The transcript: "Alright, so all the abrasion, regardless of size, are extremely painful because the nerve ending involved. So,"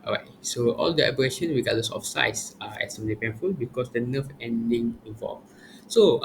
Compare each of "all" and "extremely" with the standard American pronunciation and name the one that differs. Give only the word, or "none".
extremely